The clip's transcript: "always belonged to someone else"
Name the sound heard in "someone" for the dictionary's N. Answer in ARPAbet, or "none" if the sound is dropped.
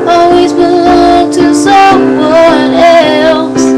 none